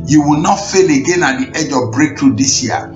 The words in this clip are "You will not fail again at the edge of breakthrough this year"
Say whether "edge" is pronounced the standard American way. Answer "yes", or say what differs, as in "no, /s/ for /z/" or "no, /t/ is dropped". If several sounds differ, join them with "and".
yes